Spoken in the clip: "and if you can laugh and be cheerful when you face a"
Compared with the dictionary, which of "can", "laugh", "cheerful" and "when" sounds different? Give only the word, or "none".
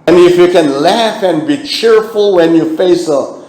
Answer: none